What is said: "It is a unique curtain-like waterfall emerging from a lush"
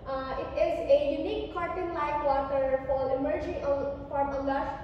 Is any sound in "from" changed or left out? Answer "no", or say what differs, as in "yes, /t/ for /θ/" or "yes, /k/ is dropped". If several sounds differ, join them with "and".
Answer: yes, /p/ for /f/